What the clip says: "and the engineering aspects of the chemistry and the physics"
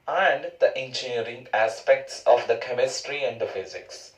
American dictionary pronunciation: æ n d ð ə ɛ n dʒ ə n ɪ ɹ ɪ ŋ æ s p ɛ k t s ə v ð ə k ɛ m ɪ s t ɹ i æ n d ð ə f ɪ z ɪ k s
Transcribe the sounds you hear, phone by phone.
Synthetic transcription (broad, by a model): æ n d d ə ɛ n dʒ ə n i ɹ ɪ ŋ æ s p ɛ k t s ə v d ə k ɛ m ɪ s t ɹ i æ n d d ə f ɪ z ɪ k s